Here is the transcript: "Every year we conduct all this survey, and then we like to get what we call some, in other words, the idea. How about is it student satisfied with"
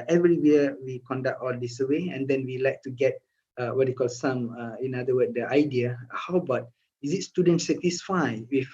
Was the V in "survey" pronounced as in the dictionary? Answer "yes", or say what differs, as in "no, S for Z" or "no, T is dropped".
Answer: no, W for V